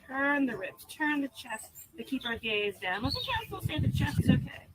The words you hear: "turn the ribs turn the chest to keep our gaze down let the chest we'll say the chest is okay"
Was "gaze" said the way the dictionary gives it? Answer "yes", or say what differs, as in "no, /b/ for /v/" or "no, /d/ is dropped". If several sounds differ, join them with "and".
yes